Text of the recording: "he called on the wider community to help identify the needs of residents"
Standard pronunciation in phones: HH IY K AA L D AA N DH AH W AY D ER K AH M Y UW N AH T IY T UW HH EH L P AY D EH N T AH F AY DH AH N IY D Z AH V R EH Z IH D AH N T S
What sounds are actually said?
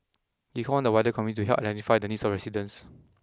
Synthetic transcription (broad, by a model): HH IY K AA N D AH W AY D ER K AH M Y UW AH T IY T UW HH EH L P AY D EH N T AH F AY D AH N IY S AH F R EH S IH D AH N S